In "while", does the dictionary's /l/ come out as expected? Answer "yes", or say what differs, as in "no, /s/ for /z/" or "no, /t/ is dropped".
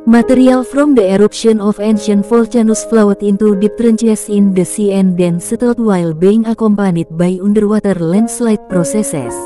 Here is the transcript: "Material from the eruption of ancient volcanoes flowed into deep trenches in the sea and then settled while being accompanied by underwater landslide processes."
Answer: yes